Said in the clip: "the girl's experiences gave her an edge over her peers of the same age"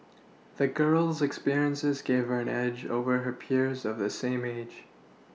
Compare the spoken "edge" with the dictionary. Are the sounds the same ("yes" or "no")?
yes